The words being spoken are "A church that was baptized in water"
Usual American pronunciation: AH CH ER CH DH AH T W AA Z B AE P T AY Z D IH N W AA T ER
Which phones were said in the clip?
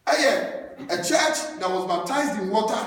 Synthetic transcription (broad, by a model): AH CH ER CH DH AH T W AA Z B AE P T AY Z D IH N W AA T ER